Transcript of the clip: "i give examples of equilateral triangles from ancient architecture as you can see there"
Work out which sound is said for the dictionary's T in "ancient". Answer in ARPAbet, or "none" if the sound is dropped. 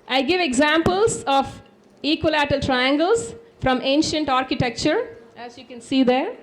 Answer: T